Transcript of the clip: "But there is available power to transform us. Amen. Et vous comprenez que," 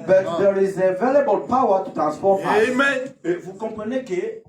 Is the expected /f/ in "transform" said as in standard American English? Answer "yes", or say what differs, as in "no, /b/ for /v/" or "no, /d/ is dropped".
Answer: no, /p/ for /f/